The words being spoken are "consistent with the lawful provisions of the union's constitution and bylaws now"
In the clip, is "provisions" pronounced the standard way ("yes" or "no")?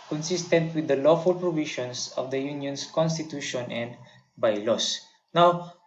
no